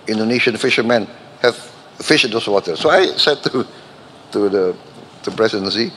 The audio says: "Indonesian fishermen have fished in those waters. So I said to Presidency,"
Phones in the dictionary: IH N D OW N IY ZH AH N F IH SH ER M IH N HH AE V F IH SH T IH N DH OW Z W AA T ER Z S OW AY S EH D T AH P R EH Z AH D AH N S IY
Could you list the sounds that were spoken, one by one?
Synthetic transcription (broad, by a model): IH N D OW N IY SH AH N F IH SH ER M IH N HH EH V F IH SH IH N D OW S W AA T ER S OW AY S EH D T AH P R EH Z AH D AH N S IY